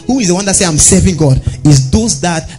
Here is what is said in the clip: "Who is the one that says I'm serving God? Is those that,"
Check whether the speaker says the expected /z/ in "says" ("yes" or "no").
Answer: no